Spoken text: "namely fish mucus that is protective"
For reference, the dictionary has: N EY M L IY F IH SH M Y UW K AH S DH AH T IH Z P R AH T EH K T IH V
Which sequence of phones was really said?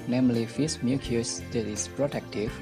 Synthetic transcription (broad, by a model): N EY M L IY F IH S M Y UW K AH S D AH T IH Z P R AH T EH K T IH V